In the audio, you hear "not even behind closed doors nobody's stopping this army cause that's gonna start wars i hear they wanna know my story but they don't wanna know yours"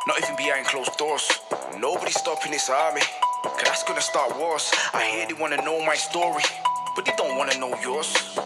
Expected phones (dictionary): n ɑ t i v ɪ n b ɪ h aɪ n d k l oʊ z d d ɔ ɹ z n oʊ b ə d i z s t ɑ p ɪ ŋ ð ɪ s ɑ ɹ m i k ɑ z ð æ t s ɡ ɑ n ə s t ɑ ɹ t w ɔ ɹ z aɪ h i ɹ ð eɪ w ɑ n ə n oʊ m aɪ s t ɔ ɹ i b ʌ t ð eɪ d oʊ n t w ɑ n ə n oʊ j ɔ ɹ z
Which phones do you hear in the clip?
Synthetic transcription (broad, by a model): n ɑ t i v ɪ n b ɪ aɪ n k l oʊ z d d ɔ ɹ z n oʊ b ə d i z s t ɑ p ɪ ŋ ð ɪ s ɑ ɹ m i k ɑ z ð æ t s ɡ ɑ n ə s t ɑ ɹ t w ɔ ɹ s aɪ h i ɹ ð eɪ w ɑ n ə n oʊ m aɪ s t ɔ ɹ i b ʌ t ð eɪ d oʊ n t w ɑ n ə n oʊ j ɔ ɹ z